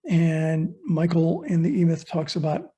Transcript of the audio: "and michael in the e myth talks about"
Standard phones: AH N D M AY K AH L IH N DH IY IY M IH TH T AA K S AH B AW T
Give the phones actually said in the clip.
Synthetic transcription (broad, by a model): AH N M AY K L IH N DH IY IY M IH TH T AA K S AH B AW T